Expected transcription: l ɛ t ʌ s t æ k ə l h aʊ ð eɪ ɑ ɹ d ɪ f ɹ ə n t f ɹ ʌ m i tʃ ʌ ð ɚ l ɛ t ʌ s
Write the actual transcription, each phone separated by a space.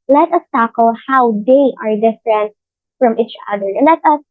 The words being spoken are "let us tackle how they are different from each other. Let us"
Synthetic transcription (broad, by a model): l ɛ t ʌ s t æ k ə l h aʊ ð eɪ ɑ ɹ d ɪ f ɹ ə n t f ɹ ʌ m i tʃ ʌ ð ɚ l ɛ t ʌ s